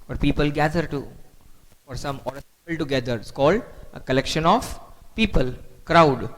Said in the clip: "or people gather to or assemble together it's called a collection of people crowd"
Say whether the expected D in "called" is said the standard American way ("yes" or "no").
yes